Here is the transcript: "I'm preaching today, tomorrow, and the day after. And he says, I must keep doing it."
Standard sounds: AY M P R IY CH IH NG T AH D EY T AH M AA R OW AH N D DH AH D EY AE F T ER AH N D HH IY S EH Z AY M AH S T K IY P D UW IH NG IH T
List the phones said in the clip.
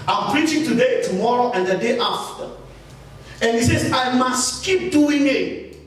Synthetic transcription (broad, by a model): AY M P R IY CH IH NG T AH D EY T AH M AA R OW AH N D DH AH D EY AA F T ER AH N HH IY S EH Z AY M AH S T K IY P D UW IH NG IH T